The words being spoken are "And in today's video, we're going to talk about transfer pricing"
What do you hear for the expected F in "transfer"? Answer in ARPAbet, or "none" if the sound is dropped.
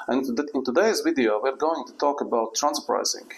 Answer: none